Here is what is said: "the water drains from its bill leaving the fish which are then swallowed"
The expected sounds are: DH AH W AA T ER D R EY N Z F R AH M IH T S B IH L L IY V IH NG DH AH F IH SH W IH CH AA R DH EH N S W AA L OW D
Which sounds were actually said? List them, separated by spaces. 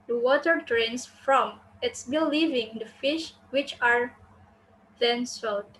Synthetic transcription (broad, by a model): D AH W AA T ER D R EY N S F R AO M IH T S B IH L L IY V IH NG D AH F IH SH W IH CH AA R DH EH N S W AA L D